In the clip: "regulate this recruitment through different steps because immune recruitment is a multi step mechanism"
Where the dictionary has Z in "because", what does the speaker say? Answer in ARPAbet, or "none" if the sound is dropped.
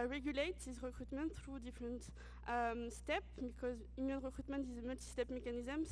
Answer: Z